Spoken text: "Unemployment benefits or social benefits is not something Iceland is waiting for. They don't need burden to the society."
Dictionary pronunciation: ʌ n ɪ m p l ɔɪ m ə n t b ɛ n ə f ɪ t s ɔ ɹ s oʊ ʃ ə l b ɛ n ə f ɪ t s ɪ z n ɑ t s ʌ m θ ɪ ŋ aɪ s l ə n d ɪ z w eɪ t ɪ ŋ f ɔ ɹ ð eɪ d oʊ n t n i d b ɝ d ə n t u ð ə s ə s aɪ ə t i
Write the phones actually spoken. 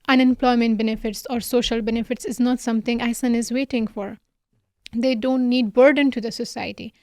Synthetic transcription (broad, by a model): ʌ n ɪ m p l ɔɪ m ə n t b ɛ n ə f ɪ t s ɔ ɹ s oʊ ʃ ə l b ɛ n ə f ɪ t s ɪ z n ɑ t s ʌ m t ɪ ŋ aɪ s ə n ɪ z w eɪ t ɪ ŋ f ɔ ɹ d eɪ d oʊ n t n i d b ɝ d ə n t u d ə s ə s aɪ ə t i